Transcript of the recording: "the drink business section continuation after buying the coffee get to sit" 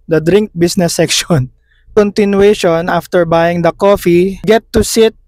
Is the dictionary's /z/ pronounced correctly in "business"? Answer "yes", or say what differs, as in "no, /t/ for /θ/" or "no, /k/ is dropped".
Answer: no, /s/ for /z/